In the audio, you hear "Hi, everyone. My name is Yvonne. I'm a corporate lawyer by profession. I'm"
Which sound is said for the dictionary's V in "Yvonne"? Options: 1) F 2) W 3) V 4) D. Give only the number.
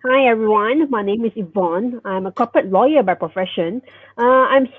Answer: 3